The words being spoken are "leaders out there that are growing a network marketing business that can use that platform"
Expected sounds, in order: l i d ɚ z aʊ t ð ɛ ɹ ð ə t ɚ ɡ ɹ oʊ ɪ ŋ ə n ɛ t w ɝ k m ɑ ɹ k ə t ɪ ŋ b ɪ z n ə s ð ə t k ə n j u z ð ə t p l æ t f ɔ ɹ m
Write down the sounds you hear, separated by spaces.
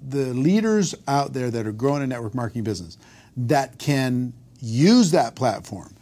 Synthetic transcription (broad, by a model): l i d ɚ z aʊ t ð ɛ ɹ ð ə t ɚ ɡ ɹ oʊ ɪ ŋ ə n ɛ t w ɝ k m ɑ ɹ k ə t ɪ ŋ b ɪ z n ə s ð ə t k ə n j u z ð ə t p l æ t f ɔ ɹ m